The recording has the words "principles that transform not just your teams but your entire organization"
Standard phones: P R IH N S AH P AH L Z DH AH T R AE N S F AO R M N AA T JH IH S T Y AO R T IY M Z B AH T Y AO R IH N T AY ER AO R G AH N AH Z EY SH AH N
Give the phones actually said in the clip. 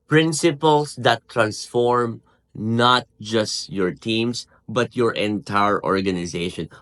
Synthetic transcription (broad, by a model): P R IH N S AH P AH L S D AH T R AE N S F AO R M N AA T JH IH S T Y AO R T IY M S B AH T Y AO R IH N T AY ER AO R G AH N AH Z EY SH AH N